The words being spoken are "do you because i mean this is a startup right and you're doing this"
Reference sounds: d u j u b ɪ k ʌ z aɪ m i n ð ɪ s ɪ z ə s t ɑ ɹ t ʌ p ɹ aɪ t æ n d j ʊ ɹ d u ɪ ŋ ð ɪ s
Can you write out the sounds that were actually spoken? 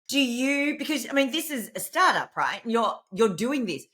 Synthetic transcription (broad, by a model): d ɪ j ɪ b ɪ k ʌ z aɪ m i n ð ɪ s ɪ z ə s t ɑ ɹ t ʌ p ɹ aɪ t n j j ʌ ɹ d u ɪ ŋ ð ɪ s